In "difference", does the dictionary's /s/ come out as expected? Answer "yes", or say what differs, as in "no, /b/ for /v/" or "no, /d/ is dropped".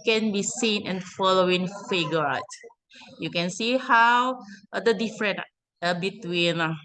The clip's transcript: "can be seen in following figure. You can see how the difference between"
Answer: no, /s/ is dropped